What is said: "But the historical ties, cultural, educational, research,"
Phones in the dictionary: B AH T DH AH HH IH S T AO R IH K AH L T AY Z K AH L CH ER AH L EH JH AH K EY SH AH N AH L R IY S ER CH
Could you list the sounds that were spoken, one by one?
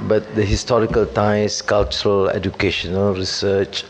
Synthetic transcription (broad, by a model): B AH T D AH HH IH S T AO R IH K AH L T AY S K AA L CH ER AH L EH JH AH K EY SH AH N AH L R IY S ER CH